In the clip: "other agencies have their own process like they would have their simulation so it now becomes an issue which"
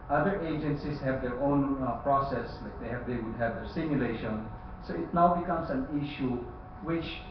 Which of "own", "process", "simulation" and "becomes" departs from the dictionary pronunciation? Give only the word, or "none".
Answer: becomes